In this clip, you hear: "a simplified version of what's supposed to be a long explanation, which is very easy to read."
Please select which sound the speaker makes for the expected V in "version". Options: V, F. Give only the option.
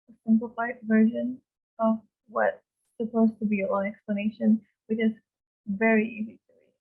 V